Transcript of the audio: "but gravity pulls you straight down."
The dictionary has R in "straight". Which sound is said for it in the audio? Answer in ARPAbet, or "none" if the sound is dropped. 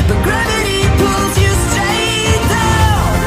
none